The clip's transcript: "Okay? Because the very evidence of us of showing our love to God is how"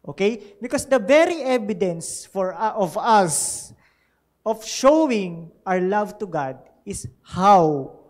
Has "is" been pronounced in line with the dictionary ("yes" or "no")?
no